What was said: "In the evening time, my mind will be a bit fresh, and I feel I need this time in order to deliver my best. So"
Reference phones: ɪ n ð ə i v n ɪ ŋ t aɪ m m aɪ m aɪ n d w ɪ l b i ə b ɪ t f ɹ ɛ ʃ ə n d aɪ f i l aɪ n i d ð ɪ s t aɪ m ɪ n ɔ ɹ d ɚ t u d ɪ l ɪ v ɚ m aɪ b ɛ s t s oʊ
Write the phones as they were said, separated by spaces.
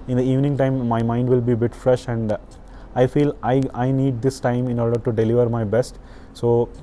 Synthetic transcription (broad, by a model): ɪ n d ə i v n ɪ ŋ t aɪ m m aɪ m aɪ n d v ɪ l b i b ɪ t f ɹ ɛ ʃ ə n d aɪ f i l aɪ n i d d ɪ s t aɪ m ɪ n ɔ ɹ d ɚ t u d ɪ l ɪ v ɚ m aɪ b ɛ s t s oʊ